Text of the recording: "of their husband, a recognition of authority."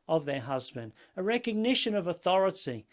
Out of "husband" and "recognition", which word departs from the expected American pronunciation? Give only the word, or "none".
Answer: none